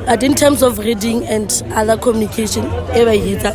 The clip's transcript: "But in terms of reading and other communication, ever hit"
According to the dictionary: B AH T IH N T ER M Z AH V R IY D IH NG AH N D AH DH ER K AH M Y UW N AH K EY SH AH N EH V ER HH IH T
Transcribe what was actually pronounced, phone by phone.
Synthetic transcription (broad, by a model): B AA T IH N T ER M S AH F R IY D IH NG AH N D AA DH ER K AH M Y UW N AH K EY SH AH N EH B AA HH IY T